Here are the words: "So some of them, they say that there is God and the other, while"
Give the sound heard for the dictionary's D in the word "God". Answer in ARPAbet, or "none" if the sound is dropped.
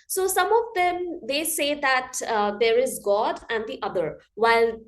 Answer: D